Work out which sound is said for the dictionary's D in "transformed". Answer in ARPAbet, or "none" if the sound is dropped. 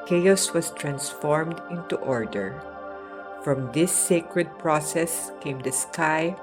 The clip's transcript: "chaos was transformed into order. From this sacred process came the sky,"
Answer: D